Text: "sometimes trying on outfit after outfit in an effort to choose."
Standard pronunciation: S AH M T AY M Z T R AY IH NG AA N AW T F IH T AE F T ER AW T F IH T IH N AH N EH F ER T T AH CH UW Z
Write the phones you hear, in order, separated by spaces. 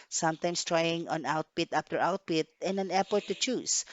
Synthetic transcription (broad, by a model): S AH M T AY M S T R AY IH NG AA N AW T P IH T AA P T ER AW T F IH T IH N AH N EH P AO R T AH CH UW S